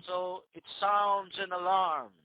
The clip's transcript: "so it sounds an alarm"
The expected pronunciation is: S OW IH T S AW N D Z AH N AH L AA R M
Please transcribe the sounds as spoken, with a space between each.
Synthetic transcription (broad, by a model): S OW IH T S AW N D Z AH N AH L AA R M